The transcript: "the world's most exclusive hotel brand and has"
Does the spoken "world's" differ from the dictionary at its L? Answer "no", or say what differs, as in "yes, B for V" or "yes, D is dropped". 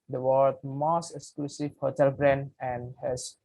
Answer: yes, L is dropped